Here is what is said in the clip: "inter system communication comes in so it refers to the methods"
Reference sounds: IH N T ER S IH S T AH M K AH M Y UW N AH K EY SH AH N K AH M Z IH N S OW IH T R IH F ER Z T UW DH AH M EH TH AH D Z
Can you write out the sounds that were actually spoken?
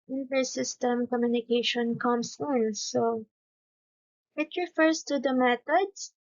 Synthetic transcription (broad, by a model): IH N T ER S IH S T AH M K AH M Y UW N AH K EY SH AH N K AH M S IH N S OW IH T R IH F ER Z T UW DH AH M EH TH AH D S